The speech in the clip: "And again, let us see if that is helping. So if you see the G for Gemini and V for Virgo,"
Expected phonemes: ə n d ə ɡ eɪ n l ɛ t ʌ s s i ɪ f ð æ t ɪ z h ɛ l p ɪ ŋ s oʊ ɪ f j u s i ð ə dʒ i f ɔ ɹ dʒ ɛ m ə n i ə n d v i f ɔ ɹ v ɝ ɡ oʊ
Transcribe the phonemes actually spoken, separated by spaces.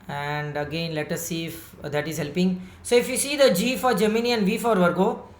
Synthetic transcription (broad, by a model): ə n d ə ɡ eɪ n l ɛ t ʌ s s i ɪ f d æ t ɪ z h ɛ l p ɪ ŋ s oʊ ɪ f j u s i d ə dʒ i f ɔ ɹ dʒ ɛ m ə n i ə n d v i f ɔ ɹ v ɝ ɡ oʊ